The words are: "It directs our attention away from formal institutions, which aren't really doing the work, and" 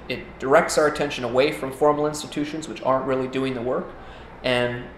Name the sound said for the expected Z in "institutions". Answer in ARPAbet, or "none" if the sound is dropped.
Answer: Z